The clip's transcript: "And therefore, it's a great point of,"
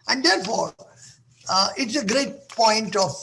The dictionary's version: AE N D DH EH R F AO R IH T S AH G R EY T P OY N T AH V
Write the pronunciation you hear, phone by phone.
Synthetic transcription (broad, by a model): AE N D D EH R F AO R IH T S AH G R EY T P OY N T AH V